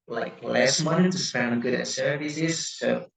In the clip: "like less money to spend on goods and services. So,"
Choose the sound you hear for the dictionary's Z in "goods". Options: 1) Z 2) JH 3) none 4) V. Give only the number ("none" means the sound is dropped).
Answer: 3